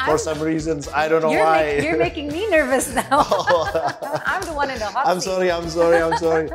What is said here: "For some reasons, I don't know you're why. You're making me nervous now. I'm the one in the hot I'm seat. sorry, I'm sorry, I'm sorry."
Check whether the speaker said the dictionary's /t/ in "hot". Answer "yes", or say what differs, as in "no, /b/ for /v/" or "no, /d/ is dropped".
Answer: no, /t/ is dropped